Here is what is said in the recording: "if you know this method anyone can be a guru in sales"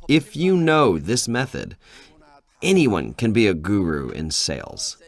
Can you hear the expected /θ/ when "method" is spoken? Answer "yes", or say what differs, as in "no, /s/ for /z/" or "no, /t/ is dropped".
yes